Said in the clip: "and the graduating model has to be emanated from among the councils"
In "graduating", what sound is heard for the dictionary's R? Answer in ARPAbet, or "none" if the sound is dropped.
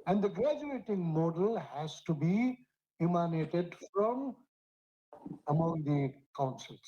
R